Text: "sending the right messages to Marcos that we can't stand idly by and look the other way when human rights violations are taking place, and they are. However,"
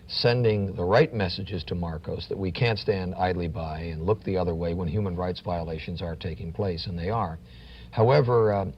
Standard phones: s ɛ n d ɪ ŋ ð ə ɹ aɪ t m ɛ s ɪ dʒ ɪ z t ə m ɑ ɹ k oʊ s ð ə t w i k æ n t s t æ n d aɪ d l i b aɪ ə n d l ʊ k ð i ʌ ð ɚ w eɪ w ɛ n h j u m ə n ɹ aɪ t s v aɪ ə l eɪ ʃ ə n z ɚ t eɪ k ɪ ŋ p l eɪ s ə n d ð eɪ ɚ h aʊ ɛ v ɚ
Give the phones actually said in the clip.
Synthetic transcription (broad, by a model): s ɛ n d ɪ ŋ ð ə ɹ aɪ t m ɛ s ɪ dʒ ɪ z t ə m ɑ ɹ k oʊ s ð ə t w i k æ n t s t æ n d aɪ d l i b aɪ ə n l ʊ k ð i ʌ ð ɚ w eɪ w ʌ n h j u m ə n ɹ aɪ t s v aɪ ə l eɪ ʃ ə n z ɚ t eɪ k ɪ ŋ p l eɪ s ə n ð eɪ ɚ h aʊ ɛ v ɚ